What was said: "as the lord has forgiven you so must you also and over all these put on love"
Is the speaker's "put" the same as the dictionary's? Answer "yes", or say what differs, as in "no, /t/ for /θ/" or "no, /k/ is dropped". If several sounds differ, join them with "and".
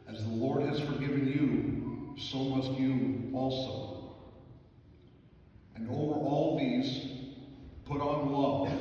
yes